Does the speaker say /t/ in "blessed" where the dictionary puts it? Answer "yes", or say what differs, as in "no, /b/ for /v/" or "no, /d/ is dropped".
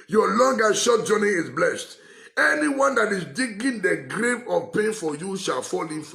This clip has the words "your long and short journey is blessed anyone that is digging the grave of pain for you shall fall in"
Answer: yes